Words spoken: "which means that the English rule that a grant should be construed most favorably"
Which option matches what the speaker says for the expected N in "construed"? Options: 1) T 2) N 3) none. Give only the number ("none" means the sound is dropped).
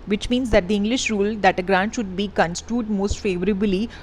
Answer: 2